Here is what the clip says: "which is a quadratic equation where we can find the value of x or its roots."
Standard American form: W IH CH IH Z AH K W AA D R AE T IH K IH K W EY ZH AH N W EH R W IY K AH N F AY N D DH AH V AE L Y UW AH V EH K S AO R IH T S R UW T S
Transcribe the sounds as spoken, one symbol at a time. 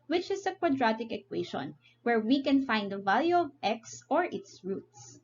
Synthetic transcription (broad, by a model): W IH CH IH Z AH K W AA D R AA T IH K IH K W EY SH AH N W EH R W IY K AH N F AY N D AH V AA L Y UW AH V EH K S AO R IH T S R UW T S